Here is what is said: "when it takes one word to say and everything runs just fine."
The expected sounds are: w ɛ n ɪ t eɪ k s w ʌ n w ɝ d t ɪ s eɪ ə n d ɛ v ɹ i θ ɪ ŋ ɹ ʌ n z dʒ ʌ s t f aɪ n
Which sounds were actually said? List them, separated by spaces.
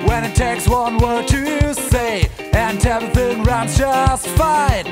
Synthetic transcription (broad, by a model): w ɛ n ɪ t eɪ k s w ʌ n w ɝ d t ɪ s eɪ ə n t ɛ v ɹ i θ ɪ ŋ ɹ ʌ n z dʒ ʌ s t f aɪ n